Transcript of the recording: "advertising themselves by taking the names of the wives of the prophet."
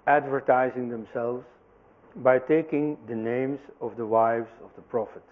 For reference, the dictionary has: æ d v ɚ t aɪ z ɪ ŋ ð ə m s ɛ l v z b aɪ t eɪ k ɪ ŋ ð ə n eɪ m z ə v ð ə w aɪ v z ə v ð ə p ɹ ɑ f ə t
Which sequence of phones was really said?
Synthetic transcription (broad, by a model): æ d v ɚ t aɪ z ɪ ŋ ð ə m s ɛ l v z b aɪ t eɪ k ɪ ŋ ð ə n eɪ m z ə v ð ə w aɪ v z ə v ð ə p ɹ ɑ f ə t